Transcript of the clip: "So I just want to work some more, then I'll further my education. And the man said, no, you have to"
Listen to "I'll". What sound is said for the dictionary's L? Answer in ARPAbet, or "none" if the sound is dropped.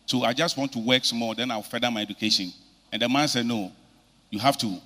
W